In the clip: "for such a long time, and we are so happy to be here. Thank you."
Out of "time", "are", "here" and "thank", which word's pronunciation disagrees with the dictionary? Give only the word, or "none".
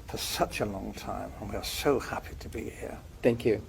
none